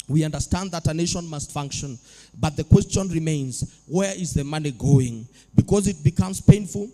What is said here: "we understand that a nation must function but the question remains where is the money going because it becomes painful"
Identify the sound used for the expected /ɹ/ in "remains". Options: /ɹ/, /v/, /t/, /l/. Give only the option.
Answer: /ɹ/